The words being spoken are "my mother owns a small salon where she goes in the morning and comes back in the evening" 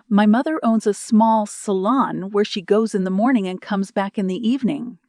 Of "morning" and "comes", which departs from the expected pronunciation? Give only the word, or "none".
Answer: none